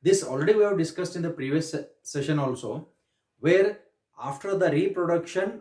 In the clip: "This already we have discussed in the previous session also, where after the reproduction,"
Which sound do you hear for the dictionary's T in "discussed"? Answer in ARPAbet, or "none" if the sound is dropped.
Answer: T